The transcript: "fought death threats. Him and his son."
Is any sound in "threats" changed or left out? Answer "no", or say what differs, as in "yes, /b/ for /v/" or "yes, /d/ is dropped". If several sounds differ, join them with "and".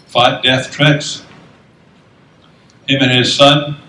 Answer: yes, /t/ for /θ/